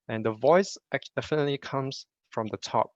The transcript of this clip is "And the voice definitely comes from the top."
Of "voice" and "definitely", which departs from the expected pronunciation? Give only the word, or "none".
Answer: none